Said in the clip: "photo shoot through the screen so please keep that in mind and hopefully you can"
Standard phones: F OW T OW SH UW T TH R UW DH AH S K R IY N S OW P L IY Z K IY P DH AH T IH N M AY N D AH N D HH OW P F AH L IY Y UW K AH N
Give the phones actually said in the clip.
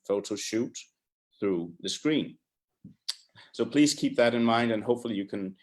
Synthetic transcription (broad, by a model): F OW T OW SH UW T TH R UW DH AH S K R IY N S OW P L IY Z K IY P DH AH T IH N M AY N D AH N HH OW P F L IY Y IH K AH N